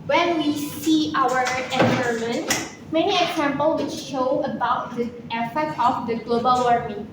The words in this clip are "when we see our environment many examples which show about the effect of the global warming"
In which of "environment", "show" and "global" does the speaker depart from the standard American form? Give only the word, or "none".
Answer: environment